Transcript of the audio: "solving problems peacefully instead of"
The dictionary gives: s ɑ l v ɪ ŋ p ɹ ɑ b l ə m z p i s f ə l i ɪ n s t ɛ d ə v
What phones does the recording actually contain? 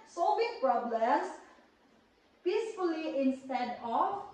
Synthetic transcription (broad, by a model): s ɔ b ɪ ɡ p ɹ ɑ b l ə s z p i s f ə l i ɪ n s t ɛ d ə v